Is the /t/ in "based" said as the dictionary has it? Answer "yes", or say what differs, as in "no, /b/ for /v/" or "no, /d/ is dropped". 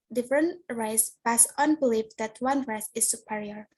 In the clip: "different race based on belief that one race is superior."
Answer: no, /t/ is dropped